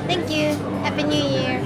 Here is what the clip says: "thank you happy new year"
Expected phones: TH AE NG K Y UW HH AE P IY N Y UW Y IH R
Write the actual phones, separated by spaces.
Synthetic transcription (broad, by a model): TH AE NG K Y UW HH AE B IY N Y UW Y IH R